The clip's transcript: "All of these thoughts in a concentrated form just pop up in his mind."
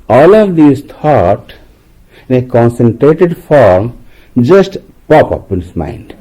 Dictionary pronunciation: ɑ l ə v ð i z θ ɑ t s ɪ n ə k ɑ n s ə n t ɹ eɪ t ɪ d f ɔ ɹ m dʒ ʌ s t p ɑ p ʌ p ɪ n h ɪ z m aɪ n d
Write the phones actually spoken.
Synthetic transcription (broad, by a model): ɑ l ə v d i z t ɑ t ɪ n ə k ɑ n s ə n t ɹ eɪ t ɪ d f ɔ ɹ m dʒ ʌ s t p ɑ p ʌ p ɪ n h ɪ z m aɪ n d